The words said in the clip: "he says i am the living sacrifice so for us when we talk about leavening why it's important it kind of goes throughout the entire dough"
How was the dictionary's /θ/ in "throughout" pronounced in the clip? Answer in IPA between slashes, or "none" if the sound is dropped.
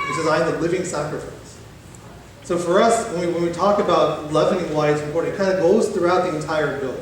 /θ/